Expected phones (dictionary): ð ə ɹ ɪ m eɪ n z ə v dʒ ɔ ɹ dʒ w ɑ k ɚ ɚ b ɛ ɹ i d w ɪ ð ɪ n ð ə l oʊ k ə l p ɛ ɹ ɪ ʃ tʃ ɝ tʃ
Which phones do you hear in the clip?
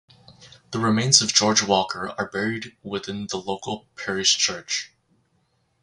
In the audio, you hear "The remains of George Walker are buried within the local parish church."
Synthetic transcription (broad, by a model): ð ə ɹ ɪ m eɪ n z ə v dʒ ɔ ɹ dʒ w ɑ k ɚ ɚ b ɛ ɹ i d w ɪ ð ɪ n ð ə l oʊ k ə l p ɛ ɹ ɪ ʃ tʃ ɝ tʃ